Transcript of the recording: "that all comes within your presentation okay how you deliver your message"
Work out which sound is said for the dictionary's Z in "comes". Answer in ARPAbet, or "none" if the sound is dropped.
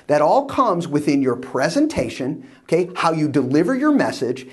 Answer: Z